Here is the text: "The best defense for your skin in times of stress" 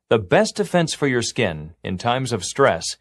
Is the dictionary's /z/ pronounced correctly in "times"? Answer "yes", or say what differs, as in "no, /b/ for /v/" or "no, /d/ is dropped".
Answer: yes